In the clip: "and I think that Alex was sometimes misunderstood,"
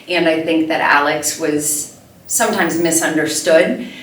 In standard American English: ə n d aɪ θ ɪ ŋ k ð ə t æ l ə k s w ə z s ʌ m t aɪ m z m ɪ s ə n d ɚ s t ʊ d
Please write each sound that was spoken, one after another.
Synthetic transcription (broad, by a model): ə n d aɪ θ ɪ ŋ k ð ə t æ l ə k s w ə z s ʌ m t aɪ m z m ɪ s ə n d ɚ s t ʊ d